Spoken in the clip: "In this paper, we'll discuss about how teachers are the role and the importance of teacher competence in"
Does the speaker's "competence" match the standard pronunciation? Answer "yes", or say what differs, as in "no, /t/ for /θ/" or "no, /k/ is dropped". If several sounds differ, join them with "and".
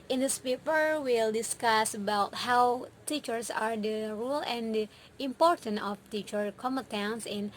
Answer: no, /p/ is dropped